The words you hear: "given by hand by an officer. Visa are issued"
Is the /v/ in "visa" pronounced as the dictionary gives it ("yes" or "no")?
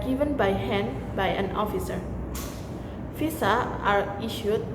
no